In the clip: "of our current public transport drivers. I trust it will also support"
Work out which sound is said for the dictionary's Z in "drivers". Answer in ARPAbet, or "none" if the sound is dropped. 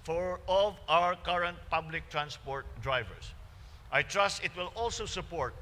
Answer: S